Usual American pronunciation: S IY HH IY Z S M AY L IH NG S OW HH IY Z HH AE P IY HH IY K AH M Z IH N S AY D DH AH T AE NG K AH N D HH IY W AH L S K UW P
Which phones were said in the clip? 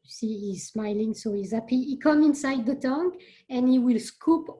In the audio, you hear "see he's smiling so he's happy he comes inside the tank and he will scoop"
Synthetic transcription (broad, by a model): S IY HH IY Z S M AY L IH NG S OW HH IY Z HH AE P IY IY K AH M IH N S AY D DH AH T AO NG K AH N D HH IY W AH L S K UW P